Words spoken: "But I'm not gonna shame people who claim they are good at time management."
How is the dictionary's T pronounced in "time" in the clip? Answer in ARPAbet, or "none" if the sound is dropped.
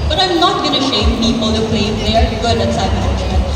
S